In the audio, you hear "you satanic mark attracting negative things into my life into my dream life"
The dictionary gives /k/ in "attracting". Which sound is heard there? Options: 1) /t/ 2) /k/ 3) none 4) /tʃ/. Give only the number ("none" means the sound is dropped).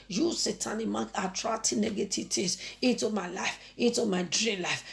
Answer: 3